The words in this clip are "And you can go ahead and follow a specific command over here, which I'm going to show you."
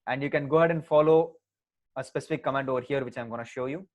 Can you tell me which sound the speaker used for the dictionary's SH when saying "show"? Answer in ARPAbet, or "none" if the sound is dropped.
SH